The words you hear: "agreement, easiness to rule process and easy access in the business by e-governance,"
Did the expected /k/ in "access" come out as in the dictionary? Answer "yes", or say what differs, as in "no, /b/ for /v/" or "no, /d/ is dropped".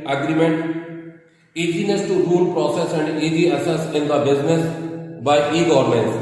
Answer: no, /k/ is dropped